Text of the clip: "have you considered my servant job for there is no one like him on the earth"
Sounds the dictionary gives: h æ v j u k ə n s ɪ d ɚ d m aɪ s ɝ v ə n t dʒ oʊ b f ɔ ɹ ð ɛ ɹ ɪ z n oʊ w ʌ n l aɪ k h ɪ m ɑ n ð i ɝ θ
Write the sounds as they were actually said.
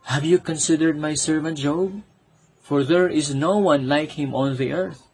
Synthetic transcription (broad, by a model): h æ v j u k ə n s ɪ d ɚ d m aɪ s ɝ v ə n t dʒ oʊ b f ɔ ɹ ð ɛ ɹ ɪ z n oʊ w ʌ n l aɪ k h ɪ m ɑ n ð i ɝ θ